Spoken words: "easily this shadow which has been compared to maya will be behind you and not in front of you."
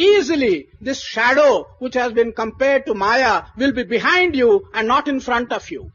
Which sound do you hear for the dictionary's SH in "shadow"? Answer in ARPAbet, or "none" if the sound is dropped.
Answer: SH